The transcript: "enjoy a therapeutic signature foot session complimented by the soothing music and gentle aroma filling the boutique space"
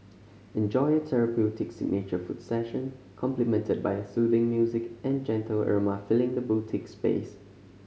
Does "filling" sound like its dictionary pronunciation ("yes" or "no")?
yes